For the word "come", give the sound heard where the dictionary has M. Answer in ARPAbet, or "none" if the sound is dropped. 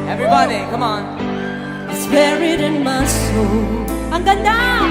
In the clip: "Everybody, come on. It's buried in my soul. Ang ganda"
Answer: M